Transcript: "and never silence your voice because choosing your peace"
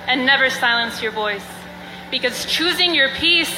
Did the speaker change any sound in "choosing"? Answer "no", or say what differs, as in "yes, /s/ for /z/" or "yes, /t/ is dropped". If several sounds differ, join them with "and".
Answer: no